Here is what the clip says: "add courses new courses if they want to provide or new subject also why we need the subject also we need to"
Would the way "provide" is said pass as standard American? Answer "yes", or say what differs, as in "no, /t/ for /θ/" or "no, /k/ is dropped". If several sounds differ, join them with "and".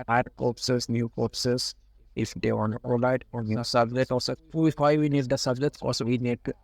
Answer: no, /v/ is dropped